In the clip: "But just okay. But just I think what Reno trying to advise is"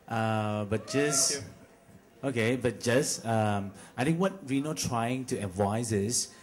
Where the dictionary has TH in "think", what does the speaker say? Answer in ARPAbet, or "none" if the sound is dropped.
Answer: T